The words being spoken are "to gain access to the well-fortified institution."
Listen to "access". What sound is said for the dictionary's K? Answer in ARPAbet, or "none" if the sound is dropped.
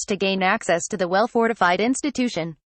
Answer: K